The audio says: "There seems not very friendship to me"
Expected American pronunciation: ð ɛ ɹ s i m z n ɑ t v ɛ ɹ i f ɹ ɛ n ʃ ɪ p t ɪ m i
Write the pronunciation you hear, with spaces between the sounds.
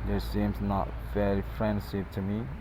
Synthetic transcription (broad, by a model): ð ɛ s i m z n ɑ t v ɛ l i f ɹ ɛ n s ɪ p t ɪ m i